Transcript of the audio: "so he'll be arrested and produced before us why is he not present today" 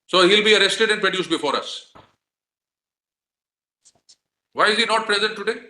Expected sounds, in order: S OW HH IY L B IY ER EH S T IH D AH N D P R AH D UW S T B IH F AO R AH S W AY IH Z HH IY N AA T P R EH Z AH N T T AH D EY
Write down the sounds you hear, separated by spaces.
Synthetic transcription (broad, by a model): S OW HH IY L B IY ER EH S T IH D AH N D P R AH D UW S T B IH F AO R AH S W AY IH Z IY N AA T P R EH Z AH N T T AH D EY